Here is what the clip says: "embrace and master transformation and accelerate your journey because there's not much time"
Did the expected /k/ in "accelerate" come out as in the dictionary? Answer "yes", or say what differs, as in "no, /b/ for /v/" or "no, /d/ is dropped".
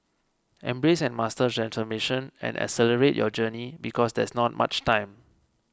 no, /k/ is dropped